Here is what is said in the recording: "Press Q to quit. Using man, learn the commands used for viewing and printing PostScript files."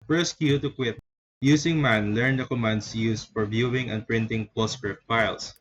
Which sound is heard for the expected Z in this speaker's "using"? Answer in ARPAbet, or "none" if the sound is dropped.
S